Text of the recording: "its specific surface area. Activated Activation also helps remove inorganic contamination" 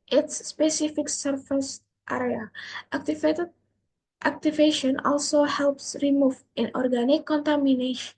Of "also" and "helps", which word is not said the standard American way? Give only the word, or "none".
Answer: none